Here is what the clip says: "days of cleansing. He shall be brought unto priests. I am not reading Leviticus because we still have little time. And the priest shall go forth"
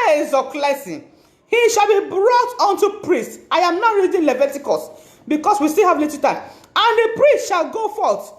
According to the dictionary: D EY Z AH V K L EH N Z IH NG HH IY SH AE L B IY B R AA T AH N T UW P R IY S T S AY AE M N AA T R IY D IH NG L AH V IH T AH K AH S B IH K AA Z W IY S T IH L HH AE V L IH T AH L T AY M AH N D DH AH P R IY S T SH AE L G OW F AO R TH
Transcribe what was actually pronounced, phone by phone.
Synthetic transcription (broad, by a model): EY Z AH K L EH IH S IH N HH IY SH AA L B IY B R AA T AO N T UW P R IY S T AY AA M N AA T R IY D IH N L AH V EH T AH K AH S B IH K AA S W IY S T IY L HH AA V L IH T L T AY M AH N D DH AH P R IY S T SH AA L G OW F AO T